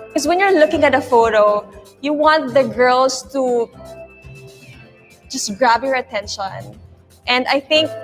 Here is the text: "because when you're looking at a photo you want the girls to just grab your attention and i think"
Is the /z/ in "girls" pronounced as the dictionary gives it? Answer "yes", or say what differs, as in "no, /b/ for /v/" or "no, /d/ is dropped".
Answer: no, /s/ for /z/